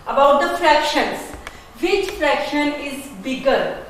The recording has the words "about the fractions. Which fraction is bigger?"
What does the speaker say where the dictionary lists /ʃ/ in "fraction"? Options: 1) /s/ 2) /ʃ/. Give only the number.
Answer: 2